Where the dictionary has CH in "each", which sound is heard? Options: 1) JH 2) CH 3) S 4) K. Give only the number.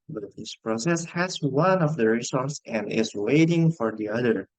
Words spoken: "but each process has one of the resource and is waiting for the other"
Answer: 3